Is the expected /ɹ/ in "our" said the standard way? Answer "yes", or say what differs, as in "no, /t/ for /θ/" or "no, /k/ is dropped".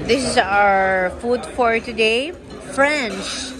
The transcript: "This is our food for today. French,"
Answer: yes